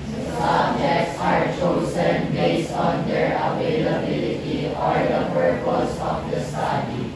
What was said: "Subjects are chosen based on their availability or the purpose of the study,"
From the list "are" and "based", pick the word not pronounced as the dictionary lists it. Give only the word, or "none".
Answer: based